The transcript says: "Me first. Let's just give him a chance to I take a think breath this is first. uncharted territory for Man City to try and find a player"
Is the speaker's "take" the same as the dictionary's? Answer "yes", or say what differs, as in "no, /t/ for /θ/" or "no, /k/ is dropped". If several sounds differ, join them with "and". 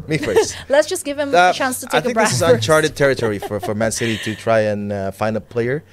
no, /k/ is dropped